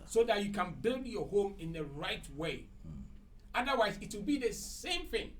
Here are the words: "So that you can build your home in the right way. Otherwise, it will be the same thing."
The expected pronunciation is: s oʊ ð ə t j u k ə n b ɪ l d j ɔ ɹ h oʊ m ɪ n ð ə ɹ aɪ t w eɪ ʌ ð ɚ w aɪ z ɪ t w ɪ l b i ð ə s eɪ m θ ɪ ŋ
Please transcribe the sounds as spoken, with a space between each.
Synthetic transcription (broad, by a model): s oʊ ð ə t j u k ə n b ɪ l d j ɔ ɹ h oʊ m ɪ n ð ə ɹ aɪ t w eɪ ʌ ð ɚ w aɪ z ɪ t w ɪ l b i ð ə s eɪ m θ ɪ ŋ